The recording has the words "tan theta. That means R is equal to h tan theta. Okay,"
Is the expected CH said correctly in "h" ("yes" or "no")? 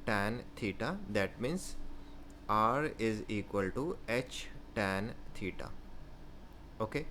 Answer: yes